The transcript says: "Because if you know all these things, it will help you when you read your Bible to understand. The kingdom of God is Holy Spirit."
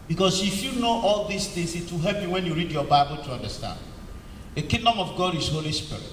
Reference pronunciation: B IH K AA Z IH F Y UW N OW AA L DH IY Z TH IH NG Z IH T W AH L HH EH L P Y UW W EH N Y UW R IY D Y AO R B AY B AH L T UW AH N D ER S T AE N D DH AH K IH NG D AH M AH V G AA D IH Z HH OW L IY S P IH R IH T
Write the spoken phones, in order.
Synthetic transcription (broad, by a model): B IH K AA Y IH F Y UW N OW AA L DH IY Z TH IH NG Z IH T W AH HH EH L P Y UW W EH N Y UW R IY D Y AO B AY B AH L T UW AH N D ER S T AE N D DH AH K IH NG D AH M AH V G AA D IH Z HH OW L IY S P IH R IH T